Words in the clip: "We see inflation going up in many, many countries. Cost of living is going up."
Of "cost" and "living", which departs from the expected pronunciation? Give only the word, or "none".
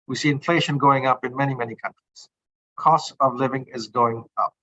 none